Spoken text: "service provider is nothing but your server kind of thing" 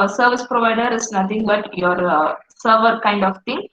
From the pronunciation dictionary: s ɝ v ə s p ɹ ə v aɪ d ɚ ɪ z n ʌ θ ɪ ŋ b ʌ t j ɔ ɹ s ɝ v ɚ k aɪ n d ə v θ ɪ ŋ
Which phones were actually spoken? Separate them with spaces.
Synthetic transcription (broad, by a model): s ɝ v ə s p ɹ ə v aɪ d ɚ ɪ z n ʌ t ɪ ŋ b ʌ t j ɔ ɹ s ɝ v ɚ k aɪ n d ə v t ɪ ŋ